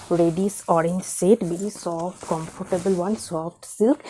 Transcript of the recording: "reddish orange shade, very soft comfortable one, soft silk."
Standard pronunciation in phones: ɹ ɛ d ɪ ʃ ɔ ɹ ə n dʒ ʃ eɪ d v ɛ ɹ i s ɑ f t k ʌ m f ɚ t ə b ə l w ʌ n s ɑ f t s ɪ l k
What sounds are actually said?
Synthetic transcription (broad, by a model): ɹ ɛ d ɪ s ɔ ɹ ə n dʒ s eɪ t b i s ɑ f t k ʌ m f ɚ t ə b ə l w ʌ n s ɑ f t s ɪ l k